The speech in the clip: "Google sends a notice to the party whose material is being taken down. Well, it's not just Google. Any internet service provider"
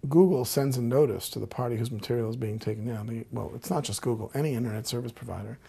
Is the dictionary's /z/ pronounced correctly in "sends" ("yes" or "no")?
yes